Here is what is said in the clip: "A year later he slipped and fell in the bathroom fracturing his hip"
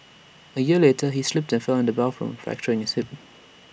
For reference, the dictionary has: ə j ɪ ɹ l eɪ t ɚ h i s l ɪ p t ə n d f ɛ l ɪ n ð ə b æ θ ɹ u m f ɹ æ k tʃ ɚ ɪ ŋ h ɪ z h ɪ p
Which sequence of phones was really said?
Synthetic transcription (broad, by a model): ə j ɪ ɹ l eɪ t ɚ h i s l ɪ p t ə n f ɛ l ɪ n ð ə b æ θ ɹ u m f ɹ æ k tʃ ɚ ɪ ŋ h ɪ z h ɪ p